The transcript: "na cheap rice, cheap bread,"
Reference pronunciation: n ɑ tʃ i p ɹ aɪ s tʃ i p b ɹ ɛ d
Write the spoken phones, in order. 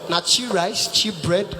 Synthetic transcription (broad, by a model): n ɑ tʃ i ɹ aɪ s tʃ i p b ɹ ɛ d